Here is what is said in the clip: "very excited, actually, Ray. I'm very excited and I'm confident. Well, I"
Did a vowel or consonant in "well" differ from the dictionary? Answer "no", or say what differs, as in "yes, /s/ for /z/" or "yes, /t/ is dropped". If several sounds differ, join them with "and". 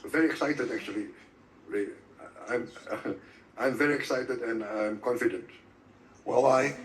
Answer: yes, /w/ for /l/